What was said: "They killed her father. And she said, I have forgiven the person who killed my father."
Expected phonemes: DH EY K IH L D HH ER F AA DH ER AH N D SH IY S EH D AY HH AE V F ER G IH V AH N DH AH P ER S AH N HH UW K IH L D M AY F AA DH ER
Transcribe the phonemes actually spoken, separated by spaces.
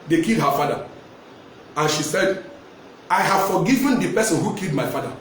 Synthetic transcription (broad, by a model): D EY K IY L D HH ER F AA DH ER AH N SH IY S EH D AY HH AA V F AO G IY V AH N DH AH P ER S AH N HH UW K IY L D M AY F AA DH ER